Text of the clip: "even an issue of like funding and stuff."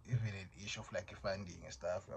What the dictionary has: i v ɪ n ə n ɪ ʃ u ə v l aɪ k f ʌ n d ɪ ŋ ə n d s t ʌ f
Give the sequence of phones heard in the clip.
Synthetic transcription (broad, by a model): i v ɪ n ə n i ʃ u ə f l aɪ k f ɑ n d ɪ ŋ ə s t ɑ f